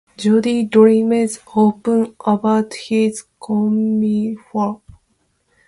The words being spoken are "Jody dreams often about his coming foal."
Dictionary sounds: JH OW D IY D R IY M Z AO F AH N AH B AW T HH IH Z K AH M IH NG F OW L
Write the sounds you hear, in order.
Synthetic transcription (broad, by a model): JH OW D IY D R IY M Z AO P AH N AH B AW T HH IH Z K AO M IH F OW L